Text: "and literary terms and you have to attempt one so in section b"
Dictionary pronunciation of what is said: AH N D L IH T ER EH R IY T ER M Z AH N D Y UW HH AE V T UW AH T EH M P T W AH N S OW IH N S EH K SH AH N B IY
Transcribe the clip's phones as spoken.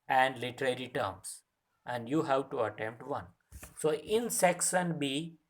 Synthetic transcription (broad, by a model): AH N D L IH T ER EH R IY T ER M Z AH N D Y UW HH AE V T UW AH T EH M P T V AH N S OW IH N S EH K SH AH N B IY